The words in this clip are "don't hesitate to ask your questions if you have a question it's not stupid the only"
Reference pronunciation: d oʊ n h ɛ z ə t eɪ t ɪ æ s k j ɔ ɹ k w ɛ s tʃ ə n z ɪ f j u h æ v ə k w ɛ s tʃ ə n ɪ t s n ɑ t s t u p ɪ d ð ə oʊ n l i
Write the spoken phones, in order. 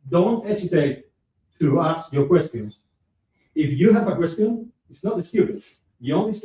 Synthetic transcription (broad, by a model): d oʊ n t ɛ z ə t eɪ t ɪ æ s k j ɔ ɹ k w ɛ s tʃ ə n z ɪ f j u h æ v ə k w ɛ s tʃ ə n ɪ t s n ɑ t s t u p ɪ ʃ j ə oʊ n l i